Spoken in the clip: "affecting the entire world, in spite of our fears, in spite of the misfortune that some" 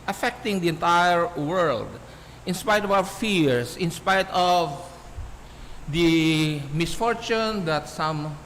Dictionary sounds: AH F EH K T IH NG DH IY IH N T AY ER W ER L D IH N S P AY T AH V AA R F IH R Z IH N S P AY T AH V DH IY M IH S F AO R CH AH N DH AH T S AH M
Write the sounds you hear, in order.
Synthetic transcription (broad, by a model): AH F EH K T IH NG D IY IH N T AY ER W ER L D IH N S P AY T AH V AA W F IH R S IH N S P AY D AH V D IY M IH S F AO R CH AH N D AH T S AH M